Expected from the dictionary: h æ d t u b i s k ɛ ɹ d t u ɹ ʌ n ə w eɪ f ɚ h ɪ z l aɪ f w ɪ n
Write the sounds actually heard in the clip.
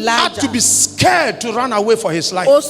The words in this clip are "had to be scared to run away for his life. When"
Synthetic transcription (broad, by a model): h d t u b i s k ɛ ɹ d t u ɹ ʌ n ə w eɪ f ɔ h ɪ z l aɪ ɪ